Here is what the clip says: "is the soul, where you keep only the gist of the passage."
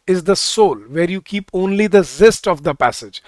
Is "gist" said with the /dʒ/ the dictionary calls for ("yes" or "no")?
no